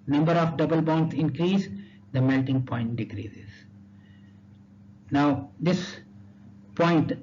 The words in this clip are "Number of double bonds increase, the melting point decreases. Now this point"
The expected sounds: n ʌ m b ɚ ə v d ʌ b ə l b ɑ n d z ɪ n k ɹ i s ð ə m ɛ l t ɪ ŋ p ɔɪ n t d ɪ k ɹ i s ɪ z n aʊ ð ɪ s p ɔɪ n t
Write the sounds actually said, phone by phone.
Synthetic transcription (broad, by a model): n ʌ m b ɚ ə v d ʌ b ə l b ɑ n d s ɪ n k ɹ i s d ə m ɛ l t ɪ ŋ p ɔɪ n t d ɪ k ɹ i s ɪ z n aʊ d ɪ s p ɔɪ n t